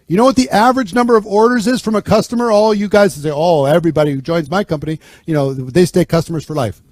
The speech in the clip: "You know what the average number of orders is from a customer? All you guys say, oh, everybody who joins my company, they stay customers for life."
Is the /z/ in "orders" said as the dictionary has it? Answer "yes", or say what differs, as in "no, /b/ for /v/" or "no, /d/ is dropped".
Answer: yes